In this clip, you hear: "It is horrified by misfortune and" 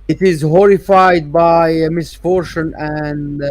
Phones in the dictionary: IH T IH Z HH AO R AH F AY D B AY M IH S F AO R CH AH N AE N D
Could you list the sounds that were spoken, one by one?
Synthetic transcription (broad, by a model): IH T IH Z HH AO R AH F AY D B AY M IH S F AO R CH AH N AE N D